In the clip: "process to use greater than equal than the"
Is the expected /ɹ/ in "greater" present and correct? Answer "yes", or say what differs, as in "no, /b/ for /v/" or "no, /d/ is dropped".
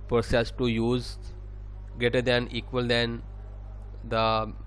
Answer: no, /ɹ/ is dropped